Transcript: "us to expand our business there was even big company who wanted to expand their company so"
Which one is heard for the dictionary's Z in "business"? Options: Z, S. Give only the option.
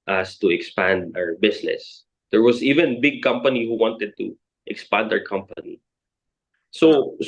S